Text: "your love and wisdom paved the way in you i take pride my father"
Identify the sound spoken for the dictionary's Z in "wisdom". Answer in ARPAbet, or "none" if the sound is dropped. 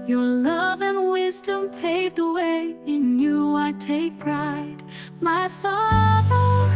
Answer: Z